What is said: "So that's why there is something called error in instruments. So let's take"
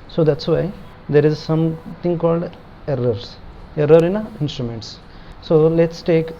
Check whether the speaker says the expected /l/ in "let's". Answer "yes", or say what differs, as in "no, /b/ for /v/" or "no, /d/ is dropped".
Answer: yes